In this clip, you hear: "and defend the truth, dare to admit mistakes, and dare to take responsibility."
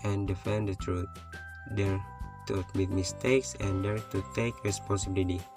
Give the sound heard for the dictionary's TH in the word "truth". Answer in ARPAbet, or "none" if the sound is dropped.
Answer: T